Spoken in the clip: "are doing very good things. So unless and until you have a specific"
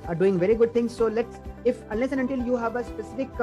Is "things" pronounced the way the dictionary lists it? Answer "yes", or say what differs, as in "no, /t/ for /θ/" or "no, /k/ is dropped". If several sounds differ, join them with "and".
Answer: no, /t/ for /θ/